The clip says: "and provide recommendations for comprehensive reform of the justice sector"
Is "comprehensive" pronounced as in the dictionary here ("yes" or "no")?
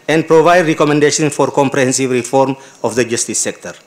yes